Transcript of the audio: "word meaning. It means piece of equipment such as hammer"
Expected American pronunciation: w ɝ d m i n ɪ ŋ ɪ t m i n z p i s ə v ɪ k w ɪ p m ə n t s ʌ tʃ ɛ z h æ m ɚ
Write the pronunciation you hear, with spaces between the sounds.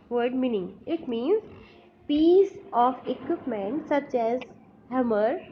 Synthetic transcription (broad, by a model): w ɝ d m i n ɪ ŋ ɪ t m i n z p i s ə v ɪ k w ɪ p m ə n t s ʌ tʃ ɛ z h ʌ m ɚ